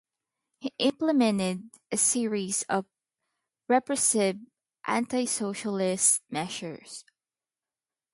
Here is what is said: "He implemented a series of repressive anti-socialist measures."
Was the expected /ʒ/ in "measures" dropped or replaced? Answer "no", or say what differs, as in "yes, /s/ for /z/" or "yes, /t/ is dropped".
yes, /ʃ/ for /ʒ/